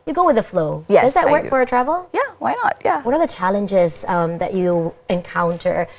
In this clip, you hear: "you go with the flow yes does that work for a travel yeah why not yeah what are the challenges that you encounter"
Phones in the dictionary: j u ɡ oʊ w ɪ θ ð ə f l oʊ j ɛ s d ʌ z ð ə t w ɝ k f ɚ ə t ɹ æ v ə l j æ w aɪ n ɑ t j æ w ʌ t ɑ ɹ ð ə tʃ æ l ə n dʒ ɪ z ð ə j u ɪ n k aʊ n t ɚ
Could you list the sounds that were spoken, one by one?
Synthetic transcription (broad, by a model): j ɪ ɡ oʊ w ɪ ð ə f l oʊ j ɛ d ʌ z ð ə t w ɝ k f ɚ ə t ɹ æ v l j æ w aɪ n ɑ t j æ w ʌ t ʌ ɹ ð ə tʃ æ l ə n dʒ ɪ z ð ə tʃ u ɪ n k aʊ n t ɚ